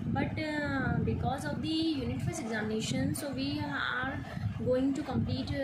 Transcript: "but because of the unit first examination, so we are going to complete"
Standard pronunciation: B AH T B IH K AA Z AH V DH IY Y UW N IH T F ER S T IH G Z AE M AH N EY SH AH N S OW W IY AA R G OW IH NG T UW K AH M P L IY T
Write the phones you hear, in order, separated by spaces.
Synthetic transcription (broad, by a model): B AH T B IH K AA Z AH V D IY Y UW N IH T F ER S IH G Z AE M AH N EY SH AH N S OW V IY AA R G OW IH NG T UW K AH M P L IY T